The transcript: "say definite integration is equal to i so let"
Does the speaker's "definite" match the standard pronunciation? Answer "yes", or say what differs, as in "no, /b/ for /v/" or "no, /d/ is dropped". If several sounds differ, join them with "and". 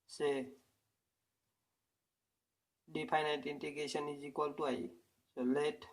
no, /p/ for /f/